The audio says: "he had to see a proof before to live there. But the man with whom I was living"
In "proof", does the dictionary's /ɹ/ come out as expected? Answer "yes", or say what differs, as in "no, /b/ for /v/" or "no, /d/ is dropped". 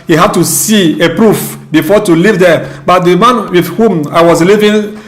yes